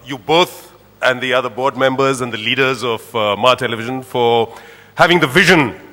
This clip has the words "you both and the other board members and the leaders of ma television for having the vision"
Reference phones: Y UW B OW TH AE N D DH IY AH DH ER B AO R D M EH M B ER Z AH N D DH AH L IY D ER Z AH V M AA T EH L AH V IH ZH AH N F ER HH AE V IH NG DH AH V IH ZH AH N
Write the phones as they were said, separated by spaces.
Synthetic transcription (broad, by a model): Y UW B OW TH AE N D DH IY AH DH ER B AO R D M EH M B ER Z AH N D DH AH L IY D ER Z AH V M AA T EH L AH V IH ZH AH N F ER HH AE V IH NG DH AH V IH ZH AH N